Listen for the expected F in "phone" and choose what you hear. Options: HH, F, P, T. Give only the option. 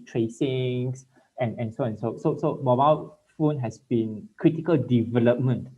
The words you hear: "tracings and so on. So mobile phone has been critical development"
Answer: F